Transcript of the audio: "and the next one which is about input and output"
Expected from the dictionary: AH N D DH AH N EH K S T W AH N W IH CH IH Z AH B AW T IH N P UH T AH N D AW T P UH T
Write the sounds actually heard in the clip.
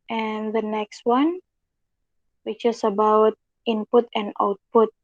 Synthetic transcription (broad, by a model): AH N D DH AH N EH K S T W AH N W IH CH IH S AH B AW T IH N P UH T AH N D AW T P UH T